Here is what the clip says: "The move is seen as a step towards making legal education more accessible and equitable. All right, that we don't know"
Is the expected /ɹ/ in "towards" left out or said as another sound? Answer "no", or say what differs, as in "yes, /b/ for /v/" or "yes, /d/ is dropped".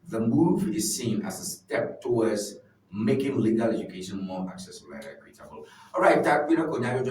yes, /w/ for /ɹ/